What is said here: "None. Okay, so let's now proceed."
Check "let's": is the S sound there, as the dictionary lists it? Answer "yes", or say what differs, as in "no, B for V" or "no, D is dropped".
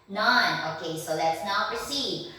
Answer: yes